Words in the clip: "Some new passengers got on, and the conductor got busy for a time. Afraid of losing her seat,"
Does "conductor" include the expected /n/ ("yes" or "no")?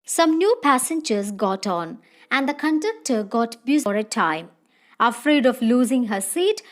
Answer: yes